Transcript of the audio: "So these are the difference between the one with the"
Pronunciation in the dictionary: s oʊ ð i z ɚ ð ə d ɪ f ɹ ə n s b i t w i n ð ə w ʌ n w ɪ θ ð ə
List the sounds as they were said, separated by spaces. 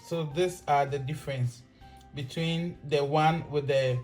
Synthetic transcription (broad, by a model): s oʊ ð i s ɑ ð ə d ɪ f ɹ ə n s b i t w i n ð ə w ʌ n w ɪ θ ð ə